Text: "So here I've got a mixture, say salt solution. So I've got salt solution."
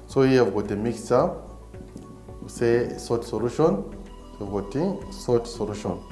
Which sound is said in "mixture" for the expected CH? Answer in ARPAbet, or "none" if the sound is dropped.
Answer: none